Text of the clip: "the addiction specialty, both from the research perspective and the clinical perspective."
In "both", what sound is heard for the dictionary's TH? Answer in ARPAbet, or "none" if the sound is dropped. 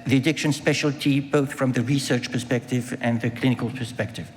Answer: TH